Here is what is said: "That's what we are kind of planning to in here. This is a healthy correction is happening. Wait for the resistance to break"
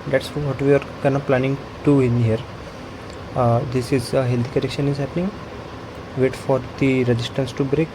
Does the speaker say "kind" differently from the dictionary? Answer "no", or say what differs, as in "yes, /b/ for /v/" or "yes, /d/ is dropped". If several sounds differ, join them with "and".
yes, /d/ is dropped